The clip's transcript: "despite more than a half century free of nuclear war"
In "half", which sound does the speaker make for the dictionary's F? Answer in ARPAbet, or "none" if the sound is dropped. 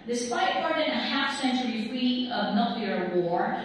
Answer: F